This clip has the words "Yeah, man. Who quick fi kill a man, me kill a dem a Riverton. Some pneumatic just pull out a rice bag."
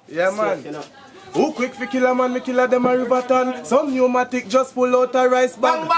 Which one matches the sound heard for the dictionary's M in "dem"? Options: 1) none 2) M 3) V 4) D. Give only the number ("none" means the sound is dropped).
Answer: 2